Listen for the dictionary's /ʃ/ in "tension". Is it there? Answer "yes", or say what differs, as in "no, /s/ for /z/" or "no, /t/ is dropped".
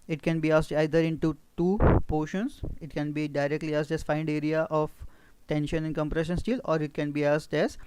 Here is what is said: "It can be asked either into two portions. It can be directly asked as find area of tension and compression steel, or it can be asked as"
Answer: yes